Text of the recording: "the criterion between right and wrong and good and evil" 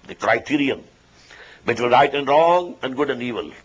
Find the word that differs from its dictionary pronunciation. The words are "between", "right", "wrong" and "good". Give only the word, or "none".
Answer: between